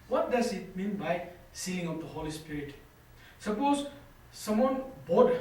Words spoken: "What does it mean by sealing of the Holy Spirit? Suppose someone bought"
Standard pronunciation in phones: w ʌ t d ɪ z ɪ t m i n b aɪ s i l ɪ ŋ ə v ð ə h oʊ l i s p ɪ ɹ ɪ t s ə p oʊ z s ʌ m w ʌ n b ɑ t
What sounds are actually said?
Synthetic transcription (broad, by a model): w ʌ t d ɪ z ɪ t m i n b aɪ s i ɪ ŋ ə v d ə h oʊ l i s p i ɹ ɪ t s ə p oʊ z s ʌ m w ʌ n b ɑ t